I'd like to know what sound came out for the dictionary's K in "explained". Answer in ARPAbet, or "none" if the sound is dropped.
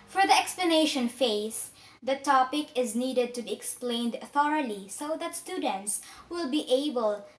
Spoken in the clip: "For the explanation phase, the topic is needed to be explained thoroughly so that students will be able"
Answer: K